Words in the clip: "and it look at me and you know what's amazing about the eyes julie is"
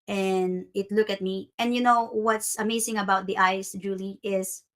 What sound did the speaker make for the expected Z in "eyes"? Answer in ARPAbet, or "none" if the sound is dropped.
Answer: S